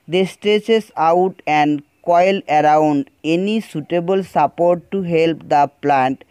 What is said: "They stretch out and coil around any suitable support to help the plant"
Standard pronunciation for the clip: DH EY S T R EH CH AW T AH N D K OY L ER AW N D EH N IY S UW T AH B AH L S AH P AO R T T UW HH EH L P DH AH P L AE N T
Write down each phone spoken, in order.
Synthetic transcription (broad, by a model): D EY S T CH EH S AW T AH N D K OY L ER AW N D EH N IY S UW T AH B AH L S AH P AO R T T UW HH EH L P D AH P L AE N T